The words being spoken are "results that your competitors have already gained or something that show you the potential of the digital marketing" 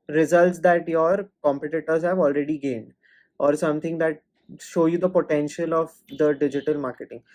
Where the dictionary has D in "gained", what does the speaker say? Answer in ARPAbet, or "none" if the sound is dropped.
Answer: D